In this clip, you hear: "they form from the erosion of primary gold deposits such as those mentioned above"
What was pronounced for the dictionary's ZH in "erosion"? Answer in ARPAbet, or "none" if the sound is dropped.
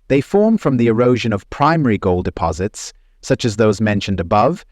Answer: ZH